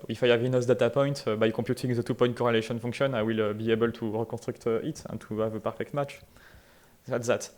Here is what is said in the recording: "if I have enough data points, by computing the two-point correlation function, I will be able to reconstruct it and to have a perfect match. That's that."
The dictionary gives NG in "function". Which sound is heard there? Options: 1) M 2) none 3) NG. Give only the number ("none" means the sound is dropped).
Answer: 2